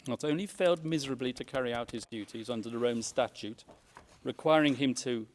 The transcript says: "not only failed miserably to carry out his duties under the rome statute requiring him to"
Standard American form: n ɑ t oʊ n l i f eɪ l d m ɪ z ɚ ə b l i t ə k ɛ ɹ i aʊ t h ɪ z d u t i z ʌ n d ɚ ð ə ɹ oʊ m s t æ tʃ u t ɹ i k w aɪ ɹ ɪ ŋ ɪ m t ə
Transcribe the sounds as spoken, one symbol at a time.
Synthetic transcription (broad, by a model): n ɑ t oʊ n l i f eɪ l d m ɪ z ɚ ə b l i t ə k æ ɹ i aʊ t h ɪ z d u t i z ʌ n d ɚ ð ə ɹ oʊ m s t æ tʃ u t ɹ i k w aɪ ɹ ɪ ŋ ɪ m t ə